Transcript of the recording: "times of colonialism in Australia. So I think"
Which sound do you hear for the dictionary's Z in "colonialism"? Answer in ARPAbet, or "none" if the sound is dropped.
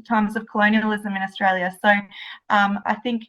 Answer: Z